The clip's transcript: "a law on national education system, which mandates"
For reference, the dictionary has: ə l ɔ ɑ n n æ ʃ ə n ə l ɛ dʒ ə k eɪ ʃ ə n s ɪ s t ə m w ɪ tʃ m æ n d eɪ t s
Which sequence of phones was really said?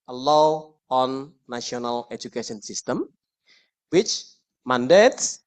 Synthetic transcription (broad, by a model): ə l ɔ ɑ n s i ə n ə l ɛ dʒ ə k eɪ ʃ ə n s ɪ s t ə m w ɪ tʃ m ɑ n d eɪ t s